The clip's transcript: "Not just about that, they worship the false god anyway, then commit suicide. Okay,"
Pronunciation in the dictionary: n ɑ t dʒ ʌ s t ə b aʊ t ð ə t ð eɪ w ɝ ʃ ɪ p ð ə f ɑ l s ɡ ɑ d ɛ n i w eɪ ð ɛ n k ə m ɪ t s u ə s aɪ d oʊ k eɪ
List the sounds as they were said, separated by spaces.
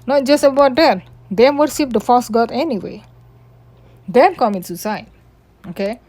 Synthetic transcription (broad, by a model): n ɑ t dʒ ʌ s t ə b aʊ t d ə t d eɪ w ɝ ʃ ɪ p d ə f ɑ s ɡ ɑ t ɛ n i w eɪ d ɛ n k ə m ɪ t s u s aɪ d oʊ k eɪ